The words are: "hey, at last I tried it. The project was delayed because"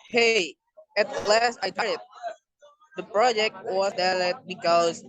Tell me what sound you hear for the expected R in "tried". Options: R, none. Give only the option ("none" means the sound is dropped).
none